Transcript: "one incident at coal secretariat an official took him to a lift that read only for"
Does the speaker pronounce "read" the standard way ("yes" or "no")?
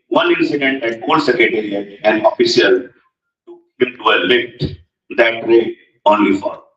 no